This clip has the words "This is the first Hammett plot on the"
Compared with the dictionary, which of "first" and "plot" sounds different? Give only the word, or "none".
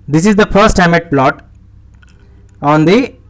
none